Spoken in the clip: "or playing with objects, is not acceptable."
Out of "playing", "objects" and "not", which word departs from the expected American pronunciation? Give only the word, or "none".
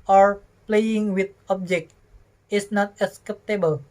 objects